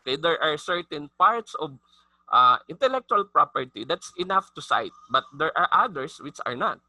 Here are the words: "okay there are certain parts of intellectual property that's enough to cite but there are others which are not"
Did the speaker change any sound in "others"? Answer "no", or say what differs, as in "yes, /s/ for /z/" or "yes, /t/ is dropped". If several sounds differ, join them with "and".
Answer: yes, /s/ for /z/